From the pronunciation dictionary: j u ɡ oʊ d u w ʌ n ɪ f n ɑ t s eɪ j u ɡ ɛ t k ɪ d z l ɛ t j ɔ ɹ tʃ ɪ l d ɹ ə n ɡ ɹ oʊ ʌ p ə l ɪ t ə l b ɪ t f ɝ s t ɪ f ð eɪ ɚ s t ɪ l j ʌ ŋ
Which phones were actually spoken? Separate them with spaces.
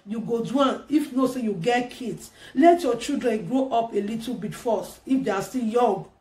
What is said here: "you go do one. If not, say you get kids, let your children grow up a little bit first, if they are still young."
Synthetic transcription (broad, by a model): j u ɡ oʊ d u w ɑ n ɪ f n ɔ s eɪ j u ɡ ɛ t k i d s l ɛ t j ɔ tʃ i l d ɹ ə n ɡ ɹ oʊ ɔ p ə l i t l b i t f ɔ s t ɪ f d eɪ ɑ s t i l j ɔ ŋ